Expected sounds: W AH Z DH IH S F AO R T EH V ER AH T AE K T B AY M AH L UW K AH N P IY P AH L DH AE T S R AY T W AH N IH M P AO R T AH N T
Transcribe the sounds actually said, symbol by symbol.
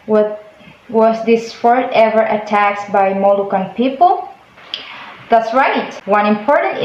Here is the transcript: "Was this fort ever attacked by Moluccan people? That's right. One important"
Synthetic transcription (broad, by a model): W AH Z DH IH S F AO R T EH V ER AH T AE K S B AY M AH L UW K AH N P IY P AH L DH AE T S R AY T W AH N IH M P AO R T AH N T